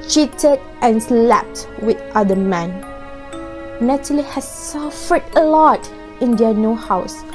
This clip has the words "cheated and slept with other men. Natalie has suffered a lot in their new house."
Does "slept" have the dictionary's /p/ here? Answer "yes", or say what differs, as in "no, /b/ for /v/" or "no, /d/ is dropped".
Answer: yes